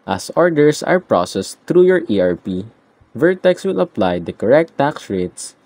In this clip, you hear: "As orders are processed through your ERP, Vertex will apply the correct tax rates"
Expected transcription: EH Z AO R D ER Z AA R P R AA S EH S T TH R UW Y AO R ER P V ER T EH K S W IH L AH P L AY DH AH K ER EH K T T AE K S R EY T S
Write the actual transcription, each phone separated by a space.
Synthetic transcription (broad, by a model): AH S AO R D ER S AA R P R AA S EH S T R UW Y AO R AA P V ER T EH K S W IH L AH P L AY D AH K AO EH K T T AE K S R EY T S